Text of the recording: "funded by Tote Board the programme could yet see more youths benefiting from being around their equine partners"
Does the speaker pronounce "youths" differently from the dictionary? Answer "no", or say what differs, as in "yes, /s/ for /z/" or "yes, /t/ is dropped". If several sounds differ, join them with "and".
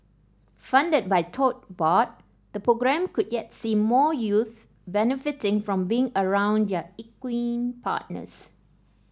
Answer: yes, /s/ is dropped